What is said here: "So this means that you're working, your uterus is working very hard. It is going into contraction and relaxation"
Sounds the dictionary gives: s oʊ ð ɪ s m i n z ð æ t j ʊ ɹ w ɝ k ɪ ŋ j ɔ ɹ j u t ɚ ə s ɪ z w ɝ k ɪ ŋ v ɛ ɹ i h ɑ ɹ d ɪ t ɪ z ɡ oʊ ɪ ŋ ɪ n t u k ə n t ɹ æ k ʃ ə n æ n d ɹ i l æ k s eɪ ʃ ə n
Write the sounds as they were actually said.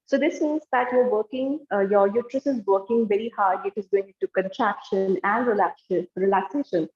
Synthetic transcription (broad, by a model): s oʊ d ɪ s m i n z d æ t j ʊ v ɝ k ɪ ŋ j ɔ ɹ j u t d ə s ɪ z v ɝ k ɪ ŋ v ɛ ɹ i h ɑ ɹ d ɪ t ɪ z ɡ oʊ ɪ ŋ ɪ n t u k ə n t ɹ æ k ʃ ə n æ n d ɹ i l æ k s eɪ ʃ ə n